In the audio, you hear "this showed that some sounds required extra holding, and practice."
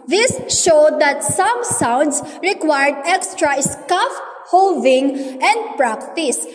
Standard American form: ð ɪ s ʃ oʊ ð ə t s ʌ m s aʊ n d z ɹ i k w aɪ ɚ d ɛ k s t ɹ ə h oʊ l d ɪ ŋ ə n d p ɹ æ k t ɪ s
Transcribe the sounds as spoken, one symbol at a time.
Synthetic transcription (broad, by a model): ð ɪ s ʃ oʊ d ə t s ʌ m s aʊ n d s ɹ i k w aɪ ɚ d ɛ k s t ɹ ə h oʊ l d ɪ ŋ ə n d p ɹ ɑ k t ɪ s